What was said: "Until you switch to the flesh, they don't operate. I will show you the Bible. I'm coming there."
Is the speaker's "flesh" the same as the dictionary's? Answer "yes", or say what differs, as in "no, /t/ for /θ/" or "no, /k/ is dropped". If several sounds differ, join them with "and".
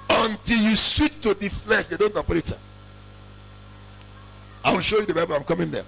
yes